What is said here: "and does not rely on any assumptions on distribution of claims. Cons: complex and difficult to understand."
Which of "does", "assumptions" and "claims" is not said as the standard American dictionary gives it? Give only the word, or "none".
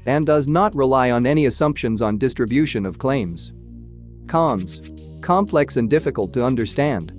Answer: none